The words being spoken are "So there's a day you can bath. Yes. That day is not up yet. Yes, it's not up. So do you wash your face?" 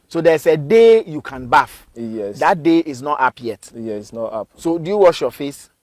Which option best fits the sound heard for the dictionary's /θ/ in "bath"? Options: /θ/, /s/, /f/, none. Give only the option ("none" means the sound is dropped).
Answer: /f/